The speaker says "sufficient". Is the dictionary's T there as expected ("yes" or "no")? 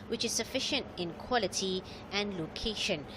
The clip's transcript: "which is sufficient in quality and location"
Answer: yes